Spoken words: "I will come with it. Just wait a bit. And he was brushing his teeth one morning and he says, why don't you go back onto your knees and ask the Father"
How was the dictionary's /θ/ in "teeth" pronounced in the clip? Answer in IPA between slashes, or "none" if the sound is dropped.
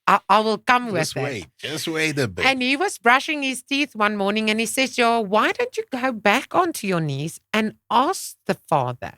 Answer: /θ/